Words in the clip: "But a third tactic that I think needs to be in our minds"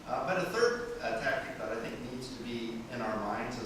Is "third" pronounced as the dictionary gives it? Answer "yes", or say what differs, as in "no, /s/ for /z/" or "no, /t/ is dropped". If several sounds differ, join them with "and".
yes